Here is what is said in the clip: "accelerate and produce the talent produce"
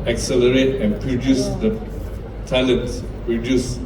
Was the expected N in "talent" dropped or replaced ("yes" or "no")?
yes